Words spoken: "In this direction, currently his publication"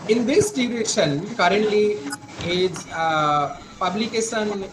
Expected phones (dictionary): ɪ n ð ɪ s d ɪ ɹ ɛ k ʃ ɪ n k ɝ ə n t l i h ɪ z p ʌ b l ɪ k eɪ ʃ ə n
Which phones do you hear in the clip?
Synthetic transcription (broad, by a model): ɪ n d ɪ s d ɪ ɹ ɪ ʃ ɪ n k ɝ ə n t l i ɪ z p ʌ b l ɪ k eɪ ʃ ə n